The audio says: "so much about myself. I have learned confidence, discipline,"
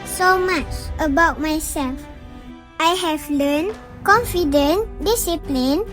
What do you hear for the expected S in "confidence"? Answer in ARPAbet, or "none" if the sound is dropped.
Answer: none